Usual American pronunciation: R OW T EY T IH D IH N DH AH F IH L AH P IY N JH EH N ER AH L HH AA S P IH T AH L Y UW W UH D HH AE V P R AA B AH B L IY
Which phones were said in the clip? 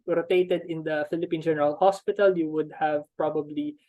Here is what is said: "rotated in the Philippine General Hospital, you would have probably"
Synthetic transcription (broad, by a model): R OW T EY T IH D IH N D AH F IH L AH P IY N JH EH N ER AH L HH AA S P IH T AH L Y UW W UH D HH AE V P R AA B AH B L IY